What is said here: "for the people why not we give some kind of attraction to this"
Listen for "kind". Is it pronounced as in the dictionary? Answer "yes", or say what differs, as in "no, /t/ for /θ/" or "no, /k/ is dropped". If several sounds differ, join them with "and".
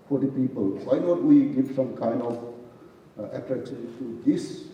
yes